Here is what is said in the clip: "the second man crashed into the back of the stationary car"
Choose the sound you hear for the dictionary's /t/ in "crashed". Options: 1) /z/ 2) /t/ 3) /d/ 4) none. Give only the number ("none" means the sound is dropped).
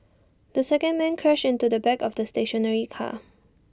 4